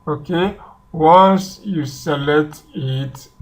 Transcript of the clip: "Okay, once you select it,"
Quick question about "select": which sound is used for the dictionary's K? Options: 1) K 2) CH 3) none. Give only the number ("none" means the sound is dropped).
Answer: 3